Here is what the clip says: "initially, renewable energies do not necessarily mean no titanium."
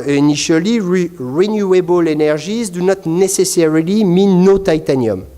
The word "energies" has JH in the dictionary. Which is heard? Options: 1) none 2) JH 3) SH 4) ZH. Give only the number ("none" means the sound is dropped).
4